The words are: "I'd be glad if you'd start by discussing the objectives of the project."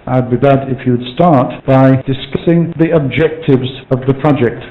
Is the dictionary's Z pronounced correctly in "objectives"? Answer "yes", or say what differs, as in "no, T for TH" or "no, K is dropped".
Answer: yes